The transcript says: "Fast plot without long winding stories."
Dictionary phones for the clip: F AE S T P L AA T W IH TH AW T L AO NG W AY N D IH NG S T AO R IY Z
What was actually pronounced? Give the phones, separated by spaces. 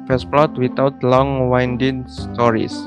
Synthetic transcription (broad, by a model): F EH S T P L AA T W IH T AW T L AO NG W AY N D IH NG S T AO R IY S